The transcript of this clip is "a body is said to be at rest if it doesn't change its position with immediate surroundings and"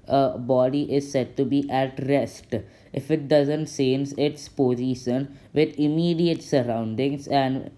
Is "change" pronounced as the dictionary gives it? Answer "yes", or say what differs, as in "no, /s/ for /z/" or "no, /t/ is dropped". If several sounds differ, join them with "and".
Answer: no, /s/ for /tʃ/